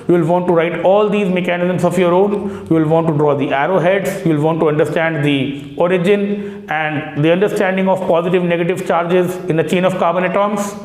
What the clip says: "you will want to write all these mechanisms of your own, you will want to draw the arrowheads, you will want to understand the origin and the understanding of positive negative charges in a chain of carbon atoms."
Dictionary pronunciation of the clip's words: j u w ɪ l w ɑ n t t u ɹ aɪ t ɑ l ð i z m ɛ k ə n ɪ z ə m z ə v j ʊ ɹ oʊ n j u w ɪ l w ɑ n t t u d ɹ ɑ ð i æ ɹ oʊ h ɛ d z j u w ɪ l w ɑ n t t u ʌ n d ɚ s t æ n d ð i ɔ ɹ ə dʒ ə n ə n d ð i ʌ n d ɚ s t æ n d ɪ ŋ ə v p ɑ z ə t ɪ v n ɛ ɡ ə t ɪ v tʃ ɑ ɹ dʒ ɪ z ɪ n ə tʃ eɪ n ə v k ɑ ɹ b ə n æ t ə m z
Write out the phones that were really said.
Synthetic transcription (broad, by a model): j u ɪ l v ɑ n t t u ɹ aɪ t ɑ l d i z m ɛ k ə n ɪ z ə m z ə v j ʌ ɹ oʊ n j u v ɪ l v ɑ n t t u d ɹ ɑ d i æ ɹ oʊ h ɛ d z j u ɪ l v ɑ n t t u ʌ n d ɚ s t æ n d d i ɔ ɹ ə dʒ ə n ə n d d i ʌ n d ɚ s t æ n d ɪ ŋ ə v p ɑ z ə t ɪ v n ɛ ɡ ə t ɪ v tʃ ɑ ɹ dʒ ɪ z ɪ n ə tʃ eɪ n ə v k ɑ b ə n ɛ t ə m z